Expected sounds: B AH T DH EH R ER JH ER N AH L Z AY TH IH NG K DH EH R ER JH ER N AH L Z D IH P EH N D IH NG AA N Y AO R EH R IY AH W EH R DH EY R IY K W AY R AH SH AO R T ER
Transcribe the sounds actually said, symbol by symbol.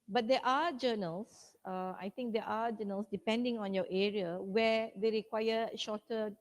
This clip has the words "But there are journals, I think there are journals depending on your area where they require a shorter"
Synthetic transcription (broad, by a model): B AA T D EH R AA JH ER N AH L S AY T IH NG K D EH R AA JH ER N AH L S D IH P EH N D IH NG AA N Y AO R EH R IY AH W EH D EY R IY K W AY AH SH AO T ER